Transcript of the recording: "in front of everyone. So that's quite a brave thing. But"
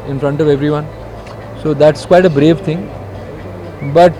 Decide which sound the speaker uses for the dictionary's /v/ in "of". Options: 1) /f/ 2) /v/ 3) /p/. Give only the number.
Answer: 2